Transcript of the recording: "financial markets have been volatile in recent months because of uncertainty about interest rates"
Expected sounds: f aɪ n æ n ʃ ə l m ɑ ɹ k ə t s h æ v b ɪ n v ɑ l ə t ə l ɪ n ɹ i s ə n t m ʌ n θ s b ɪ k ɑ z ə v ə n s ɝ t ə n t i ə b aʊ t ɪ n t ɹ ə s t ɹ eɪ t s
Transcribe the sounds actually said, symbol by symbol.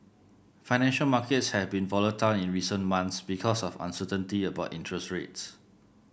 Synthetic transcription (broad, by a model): f aɪ n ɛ n ʃ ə l m ɑ k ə t s h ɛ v b ɪ n v ɑ l ə t ə l ɪ n ɹ i s ə n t m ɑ n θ s b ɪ k ɑ s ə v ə n s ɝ t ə n t i ə b aʊ t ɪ n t ɹ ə s t ɹ eɪ t s